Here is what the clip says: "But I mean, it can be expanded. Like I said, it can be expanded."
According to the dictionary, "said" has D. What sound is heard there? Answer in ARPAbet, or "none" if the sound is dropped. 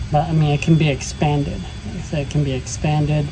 none